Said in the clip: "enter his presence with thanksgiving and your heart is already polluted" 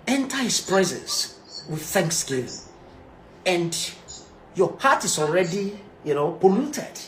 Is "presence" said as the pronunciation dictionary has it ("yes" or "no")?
no